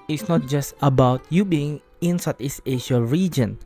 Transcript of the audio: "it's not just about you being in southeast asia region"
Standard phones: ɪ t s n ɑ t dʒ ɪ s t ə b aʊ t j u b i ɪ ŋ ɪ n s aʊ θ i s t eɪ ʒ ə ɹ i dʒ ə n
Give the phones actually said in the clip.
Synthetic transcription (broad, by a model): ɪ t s n ɑ t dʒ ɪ s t ə b aʊ t j u b i ɪ ŋ ɪ n s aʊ t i s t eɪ ʃ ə ɹ i dʒ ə n